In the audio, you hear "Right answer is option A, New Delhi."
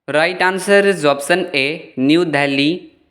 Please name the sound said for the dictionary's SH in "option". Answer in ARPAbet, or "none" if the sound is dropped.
S